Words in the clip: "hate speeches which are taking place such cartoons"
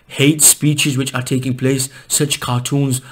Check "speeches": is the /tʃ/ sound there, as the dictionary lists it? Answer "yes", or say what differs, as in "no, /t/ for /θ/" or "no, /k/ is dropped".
yes